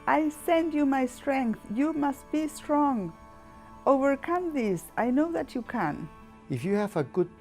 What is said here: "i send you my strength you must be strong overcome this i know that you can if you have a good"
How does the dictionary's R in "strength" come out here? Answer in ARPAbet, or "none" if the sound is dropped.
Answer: R